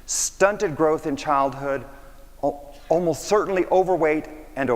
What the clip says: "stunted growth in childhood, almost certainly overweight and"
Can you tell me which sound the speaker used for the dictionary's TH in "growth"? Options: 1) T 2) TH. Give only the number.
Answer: 2